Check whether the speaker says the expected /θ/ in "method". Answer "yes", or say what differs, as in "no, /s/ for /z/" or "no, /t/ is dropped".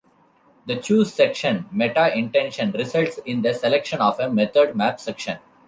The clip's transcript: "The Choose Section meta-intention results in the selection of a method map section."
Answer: no, /t/ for /θ/